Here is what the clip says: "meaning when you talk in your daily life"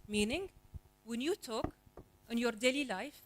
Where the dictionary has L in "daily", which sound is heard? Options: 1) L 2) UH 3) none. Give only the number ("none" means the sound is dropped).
1